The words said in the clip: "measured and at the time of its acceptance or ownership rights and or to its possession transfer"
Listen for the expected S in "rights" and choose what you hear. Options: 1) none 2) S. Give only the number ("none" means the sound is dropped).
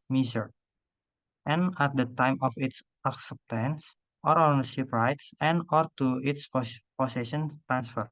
2